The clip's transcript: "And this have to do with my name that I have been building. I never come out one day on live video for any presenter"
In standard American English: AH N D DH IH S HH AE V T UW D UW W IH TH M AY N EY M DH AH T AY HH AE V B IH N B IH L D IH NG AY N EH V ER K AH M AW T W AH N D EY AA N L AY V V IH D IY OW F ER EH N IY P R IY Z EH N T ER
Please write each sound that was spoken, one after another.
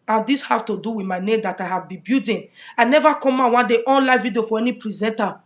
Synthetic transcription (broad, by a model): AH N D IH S HH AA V T UW D UW W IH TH M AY N EY M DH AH T AY HH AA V B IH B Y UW D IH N AY N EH V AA K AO M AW W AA N D EY AA N L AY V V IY D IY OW F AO EH N IY P R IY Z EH N T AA